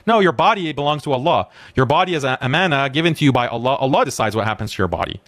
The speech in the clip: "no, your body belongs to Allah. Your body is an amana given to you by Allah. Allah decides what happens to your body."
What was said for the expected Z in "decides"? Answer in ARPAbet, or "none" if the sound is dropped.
Z